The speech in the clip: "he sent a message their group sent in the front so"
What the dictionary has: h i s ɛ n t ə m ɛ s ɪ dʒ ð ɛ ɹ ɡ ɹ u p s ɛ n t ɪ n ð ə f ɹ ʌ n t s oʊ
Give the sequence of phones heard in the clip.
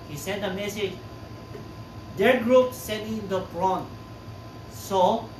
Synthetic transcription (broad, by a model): h i s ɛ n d ə m ɛ s ɪ dʒ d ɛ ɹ ɡ ɹ u p s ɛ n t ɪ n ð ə p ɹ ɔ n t s oʊ